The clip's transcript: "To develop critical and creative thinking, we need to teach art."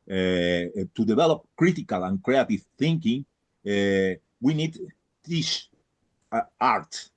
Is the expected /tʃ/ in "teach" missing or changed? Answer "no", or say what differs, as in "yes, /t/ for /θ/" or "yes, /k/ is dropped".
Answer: yes, /s/ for /tʃ/